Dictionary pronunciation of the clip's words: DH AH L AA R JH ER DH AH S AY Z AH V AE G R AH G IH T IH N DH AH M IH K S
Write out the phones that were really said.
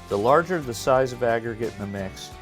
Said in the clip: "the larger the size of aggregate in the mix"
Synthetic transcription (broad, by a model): DH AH L AA R JH ER DH AH S AY Z AH V AE G R AH G IH T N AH M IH K S